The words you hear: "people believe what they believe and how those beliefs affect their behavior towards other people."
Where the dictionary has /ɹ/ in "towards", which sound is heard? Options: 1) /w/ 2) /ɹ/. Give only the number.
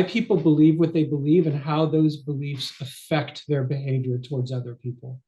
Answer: 2